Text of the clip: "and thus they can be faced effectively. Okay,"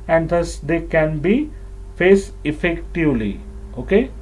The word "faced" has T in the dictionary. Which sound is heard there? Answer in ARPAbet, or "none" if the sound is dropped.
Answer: none